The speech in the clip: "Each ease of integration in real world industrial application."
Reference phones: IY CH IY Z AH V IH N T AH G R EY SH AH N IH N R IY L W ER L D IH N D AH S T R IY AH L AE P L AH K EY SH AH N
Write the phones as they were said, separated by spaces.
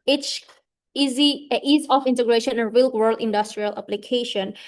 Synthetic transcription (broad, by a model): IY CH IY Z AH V IH N T AH G R EY SH AH N IH N R IY L W ER L D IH N D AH S T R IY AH L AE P L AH K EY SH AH N